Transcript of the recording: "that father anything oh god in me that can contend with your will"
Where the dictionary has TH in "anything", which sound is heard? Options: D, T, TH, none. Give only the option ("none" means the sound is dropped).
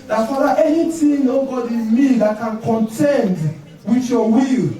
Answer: T